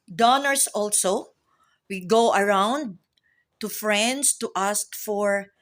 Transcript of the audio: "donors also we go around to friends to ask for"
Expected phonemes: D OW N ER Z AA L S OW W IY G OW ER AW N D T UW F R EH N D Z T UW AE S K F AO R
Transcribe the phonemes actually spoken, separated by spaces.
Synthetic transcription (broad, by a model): D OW N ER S AA L S OW W IY G OW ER AW N D T UW F R EH N D S T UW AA S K F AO R